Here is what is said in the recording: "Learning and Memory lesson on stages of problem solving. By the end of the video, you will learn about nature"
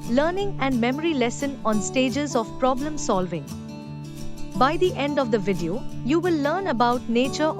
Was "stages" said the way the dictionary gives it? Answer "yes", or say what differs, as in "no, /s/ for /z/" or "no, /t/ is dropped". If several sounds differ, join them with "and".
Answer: yes